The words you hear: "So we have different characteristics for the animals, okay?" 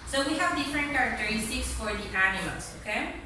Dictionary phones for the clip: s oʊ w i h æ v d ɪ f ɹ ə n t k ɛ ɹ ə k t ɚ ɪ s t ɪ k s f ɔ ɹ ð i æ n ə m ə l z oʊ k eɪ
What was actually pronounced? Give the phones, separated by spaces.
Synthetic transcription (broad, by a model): s oʊ w i h æ v d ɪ f ɹ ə n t k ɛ ɹ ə k t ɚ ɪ s t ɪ k s f ɔ ɹ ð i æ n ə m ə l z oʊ k eɪ